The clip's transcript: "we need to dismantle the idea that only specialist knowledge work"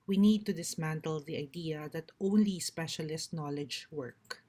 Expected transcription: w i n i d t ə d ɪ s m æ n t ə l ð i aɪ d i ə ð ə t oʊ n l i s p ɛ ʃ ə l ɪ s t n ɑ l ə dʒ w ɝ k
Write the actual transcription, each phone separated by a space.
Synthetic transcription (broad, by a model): w i n i d t ə d ɪ s m æ n t ə l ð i aɪ d i ə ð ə t oʊ n l i s p ɛ ʃ ə l ɪ s t n ɑ l ə dʒ w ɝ k